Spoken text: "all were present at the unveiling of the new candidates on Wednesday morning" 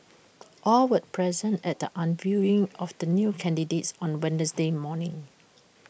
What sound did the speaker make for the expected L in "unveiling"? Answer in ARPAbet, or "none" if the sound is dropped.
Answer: none